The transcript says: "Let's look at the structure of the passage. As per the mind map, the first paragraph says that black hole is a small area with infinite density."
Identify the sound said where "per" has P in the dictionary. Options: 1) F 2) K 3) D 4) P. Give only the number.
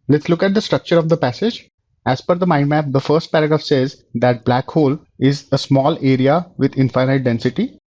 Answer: 1